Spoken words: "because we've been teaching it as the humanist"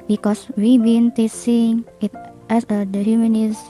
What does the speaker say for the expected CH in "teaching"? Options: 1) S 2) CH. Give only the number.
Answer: 1